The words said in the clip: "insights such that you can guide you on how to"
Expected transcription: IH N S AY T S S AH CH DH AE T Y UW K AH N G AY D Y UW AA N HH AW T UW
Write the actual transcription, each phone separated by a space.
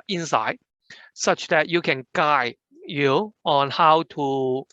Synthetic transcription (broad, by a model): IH N S AY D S S AH CH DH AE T Y UW K AH N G AY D Y UW AA N HH AW T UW